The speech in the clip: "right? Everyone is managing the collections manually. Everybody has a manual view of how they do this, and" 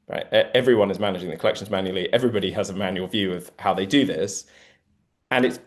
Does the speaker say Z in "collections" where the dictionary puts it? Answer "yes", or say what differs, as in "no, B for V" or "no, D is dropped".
yes